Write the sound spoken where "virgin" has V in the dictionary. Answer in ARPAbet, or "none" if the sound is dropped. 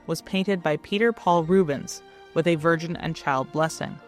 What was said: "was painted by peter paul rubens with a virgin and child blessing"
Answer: V